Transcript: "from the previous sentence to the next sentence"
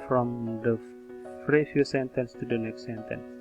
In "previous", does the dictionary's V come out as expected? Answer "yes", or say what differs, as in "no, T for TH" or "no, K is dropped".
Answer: no, F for V